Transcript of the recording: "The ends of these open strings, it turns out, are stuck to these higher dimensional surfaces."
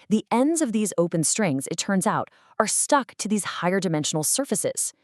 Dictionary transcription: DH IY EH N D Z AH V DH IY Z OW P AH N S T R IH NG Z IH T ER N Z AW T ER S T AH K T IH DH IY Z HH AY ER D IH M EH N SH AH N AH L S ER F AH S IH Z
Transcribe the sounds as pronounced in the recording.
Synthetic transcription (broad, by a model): DH IY EH N D Z AH V DH IY Z OW P AH N S T R IH NG Z IH T ER N Z AW T ER S T AH K T IH DH IY Z HH AY ER D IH M EH N SH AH N L S ER F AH S IH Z